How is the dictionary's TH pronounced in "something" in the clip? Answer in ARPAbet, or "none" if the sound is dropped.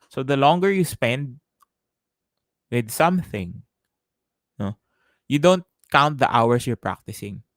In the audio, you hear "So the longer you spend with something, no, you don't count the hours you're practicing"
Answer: TH